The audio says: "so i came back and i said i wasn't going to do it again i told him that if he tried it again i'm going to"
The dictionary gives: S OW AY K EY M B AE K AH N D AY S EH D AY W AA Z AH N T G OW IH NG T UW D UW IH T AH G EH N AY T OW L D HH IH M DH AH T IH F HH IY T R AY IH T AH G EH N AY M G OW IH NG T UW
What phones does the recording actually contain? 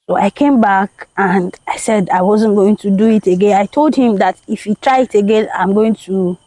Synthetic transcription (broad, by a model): S OW AY K EY M B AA K AH N D AY S EH D AY W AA Z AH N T G OW IH NG T UW D UW IH T AH G EH N AY T OW L D HH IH M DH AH T IH F HH IY T R AY IH T AH G EH N AY M G OW IH NG T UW